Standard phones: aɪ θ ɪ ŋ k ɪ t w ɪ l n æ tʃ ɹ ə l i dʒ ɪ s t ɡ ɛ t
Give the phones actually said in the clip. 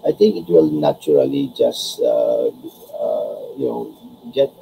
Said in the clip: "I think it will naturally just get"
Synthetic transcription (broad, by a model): aɪ t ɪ ŋ k ɪ t w ɪ l n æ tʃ ɹ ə l i dʒ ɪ s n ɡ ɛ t